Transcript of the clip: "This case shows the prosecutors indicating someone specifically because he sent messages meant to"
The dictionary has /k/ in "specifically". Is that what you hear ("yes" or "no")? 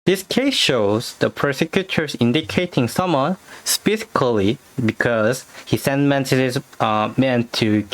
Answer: no